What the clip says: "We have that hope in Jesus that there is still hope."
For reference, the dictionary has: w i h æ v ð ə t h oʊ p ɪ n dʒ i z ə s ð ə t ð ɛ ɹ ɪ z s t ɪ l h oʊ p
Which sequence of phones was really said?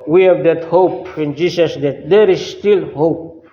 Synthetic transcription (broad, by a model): w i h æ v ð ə t h oʊ p ɪ n dʒ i s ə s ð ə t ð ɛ ɹ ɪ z s t ɪ l h oʊ p